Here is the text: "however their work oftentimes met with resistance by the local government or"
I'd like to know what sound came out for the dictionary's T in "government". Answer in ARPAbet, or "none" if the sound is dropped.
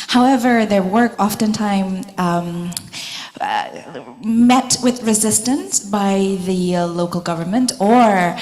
T